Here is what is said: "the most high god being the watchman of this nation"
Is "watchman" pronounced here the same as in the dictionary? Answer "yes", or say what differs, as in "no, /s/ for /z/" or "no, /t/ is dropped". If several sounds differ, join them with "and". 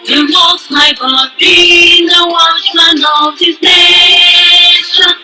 no, /m/ is dropped